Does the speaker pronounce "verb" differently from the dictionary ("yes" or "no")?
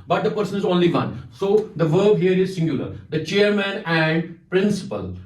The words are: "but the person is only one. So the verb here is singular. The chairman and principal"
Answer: no